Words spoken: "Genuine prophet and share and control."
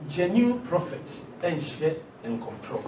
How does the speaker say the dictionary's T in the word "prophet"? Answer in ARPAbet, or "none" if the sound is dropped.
T